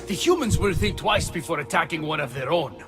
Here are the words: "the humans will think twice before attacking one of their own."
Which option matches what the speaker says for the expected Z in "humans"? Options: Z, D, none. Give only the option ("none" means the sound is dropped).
Z